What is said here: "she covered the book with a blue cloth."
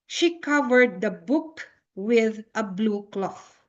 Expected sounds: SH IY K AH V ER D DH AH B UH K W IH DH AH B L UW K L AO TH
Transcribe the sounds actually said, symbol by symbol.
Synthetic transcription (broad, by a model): SH IY K AH V ER D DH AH B UH K W IH DH AH B L UW K L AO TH